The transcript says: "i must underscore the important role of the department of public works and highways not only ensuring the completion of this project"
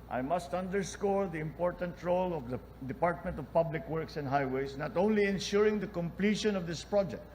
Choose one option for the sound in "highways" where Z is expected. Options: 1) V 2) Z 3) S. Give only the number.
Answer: 3